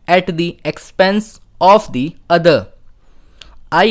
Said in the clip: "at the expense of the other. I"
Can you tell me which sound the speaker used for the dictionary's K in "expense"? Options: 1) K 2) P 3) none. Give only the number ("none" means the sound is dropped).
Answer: 1